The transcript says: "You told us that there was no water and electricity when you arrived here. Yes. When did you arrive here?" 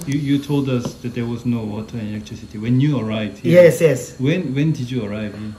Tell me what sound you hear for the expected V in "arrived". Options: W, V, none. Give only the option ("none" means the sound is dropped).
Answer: none